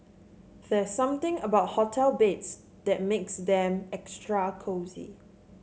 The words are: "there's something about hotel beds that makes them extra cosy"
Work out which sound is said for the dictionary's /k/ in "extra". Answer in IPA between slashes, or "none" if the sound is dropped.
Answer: /k/